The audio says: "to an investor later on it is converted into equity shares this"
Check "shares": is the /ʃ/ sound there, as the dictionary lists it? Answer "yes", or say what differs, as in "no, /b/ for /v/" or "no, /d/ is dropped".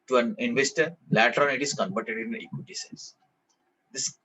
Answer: no, /s/ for /ʃ/